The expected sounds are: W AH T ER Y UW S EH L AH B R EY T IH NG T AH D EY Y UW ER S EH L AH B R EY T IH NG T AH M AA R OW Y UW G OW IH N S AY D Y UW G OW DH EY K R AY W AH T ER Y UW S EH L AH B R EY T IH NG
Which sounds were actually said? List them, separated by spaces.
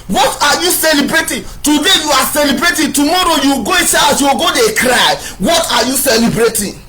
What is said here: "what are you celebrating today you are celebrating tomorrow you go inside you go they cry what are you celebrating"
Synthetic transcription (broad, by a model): W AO T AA Y UW S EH L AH B R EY T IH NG T AH D EY Y UW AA S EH L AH B R EY T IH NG T AH M AA R OW Y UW G OW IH S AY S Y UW G OW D EY K R AY W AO T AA Y UW S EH L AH B R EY T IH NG